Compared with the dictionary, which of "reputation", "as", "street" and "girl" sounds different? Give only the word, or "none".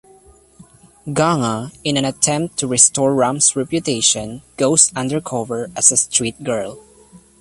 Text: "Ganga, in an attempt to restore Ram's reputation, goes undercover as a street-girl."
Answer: as